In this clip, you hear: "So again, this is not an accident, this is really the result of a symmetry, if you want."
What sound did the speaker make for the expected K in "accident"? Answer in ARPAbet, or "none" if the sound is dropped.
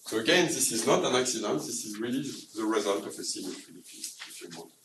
K